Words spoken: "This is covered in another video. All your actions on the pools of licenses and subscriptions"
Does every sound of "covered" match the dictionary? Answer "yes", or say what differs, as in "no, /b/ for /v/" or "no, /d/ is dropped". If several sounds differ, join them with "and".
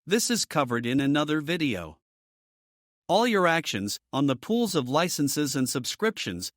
yes